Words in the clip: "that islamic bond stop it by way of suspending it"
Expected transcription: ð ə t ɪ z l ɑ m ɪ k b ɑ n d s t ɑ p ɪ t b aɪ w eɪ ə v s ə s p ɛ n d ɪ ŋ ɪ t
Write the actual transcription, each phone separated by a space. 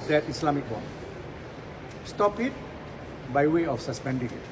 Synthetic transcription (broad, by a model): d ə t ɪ s l ɑ m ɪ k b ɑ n s t ɑ p ɪ t b aɪ w eɪ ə f s ə s p ɛ n d ɪ ŋ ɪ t